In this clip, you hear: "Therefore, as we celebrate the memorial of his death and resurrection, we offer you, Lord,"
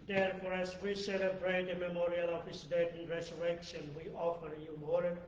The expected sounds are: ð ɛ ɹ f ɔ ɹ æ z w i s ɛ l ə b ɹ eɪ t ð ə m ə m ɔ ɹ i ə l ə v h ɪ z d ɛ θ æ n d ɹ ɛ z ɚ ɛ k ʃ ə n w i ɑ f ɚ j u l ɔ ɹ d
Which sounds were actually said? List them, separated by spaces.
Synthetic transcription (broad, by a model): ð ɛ ɹ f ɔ ɹ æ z w i s ɛ l ə b ɹ eɪ t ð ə m ə m ɔ ɹ i ə l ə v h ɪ s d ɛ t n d ɹ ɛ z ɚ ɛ k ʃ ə n w i ɑ f ɚ j u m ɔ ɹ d